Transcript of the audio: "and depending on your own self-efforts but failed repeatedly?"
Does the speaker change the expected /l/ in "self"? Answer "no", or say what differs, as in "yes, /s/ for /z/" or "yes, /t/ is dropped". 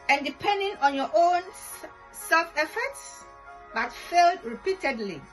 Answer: no